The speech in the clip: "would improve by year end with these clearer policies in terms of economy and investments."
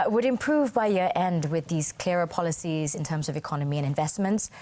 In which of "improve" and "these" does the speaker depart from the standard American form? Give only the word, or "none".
none